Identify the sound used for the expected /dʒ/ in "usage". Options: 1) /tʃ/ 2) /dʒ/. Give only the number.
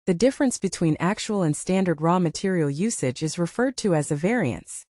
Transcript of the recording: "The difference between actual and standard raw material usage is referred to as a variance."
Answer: 2